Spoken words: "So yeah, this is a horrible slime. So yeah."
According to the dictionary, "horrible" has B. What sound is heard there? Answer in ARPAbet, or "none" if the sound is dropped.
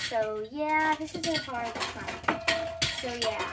none